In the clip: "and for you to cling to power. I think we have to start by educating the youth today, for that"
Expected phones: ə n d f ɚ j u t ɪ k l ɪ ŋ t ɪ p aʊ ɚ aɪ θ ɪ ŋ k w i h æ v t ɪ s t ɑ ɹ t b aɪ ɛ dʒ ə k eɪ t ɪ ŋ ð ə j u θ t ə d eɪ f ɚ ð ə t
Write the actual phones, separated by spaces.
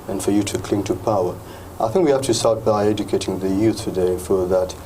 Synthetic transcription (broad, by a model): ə n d f ɚ j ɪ t ɪ k l ɪ ŋ t ɪ p aʊ ɚ aɪ θ ɪ ŋ k w i h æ f t ɪ s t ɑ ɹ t b aɪ ɛ dʒ ə k eɪ t ɪ ŋ ð ə j u θ t ə d eɪ f ɚ ð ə t